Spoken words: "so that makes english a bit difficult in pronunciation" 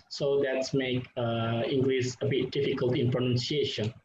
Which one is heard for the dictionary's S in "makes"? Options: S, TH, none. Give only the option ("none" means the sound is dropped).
none